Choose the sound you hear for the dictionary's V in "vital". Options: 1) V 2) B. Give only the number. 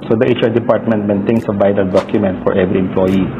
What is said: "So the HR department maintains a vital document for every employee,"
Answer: 2